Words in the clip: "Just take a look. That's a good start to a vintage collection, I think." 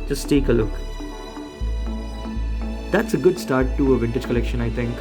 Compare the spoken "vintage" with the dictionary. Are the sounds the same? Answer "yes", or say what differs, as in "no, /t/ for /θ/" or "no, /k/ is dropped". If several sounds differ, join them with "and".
yes